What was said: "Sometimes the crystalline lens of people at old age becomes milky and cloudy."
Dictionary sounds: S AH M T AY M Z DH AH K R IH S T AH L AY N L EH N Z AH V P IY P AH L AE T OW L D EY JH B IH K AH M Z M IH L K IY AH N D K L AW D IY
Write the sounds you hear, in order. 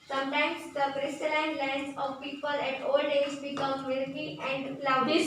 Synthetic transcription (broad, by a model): S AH M T AY M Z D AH K R IH S T AH L AY N L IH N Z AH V P IY P AH L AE T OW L D EY Z B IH K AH M M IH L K IY AH N D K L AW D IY